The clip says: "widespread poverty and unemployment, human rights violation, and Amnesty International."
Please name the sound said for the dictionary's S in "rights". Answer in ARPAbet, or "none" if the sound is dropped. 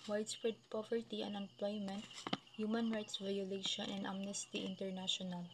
S